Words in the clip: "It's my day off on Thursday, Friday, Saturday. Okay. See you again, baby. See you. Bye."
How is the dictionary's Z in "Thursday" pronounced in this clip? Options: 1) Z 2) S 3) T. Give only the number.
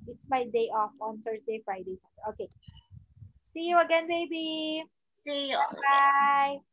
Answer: 2